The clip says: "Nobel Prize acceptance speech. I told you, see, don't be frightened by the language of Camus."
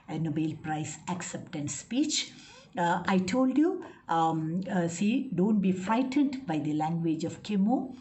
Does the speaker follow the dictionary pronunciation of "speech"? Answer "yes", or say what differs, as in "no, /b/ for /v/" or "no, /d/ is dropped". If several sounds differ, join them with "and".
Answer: yes